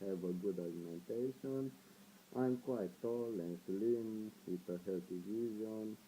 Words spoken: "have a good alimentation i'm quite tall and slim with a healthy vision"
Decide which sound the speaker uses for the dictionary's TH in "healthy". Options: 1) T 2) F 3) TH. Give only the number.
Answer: 1